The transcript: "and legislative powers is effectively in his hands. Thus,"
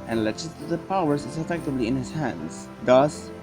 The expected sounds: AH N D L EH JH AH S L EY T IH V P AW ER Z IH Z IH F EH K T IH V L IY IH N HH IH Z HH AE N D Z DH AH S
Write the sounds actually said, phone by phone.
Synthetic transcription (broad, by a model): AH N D L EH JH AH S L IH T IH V P AW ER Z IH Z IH F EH K T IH B L IY IH N HH IH Z HH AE N D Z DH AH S